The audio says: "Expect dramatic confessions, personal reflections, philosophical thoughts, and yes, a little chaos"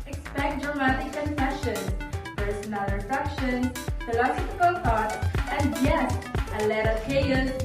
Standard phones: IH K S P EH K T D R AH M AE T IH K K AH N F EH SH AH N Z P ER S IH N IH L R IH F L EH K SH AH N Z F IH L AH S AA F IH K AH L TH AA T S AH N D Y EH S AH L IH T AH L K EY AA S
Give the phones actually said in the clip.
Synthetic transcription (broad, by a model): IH K S P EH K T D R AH M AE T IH K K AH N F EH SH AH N P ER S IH N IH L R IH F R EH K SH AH N F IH L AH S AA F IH K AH L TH AA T AH N D Y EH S AH L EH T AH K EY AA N